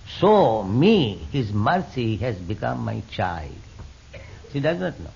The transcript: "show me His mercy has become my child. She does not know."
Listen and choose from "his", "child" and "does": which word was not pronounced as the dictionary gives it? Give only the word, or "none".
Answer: none